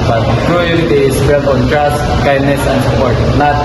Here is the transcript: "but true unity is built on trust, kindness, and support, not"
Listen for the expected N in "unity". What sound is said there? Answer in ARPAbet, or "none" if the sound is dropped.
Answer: none